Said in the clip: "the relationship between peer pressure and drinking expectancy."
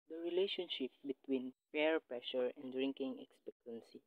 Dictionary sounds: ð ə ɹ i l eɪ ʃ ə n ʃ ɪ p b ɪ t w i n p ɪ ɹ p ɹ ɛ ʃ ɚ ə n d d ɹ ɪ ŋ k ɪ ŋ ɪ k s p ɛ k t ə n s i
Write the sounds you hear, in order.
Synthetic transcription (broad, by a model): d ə ɹ i l eɪ ʃ ə n ʃ ɪ p b ɪ t w i n f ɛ ɹ p ɹ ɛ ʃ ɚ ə n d d ɹ ɪ ŋ k ɪ ŋ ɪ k s p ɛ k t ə n s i